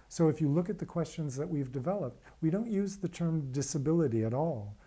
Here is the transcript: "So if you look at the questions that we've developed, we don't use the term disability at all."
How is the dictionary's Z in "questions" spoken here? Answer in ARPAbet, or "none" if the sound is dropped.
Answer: Z